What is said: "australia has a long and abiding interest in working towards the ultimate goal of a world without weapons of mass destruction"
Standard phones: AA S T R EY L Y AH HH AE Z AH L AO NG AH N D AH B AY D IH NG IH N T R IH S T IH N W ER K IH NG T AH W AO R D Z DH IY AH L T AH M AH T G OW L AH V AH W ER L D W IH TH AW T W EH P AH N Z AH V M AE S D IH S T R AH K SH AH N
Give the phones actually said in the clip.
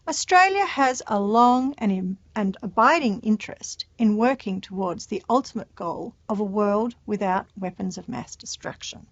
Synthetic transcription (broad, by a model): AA S T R EY L Y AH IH Z AH L AO NG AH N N AH B AY D IH NG IH N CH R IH S T IH N W ER K IH NG T AH W AO R D Z DH IY AH L T AH M AH T G OW L AH V AH W ER L D W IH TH AW T W EH P AH N Z AH V M AE S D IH S T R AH K SH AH N